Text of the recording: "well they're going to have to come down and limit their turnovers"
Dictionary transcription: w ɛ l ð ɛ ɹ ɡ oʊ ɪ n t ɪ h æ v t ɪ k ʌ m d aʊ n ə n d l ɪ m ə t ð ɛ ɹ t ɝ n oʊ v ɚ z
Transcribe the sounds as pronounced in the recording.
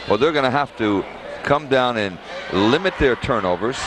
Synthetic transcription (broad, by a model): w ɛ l ð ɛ ɹ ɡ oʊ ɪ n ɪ h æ f t ɪ k ʌ m d aʊ n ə n l ɪ m ə t ð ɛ ɹ t ɝ n oʊ v ɚ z